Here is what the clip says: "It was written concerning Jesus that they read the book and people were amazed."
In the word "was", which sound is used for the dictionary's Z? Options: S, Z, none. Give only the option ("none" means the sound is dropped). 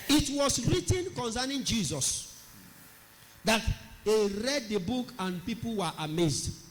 S